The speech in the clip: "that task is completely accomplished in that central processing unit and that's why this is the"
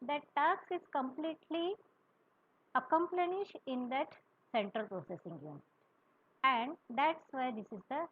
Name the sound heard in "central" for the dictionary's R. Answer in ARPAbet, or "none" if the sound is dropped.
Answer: R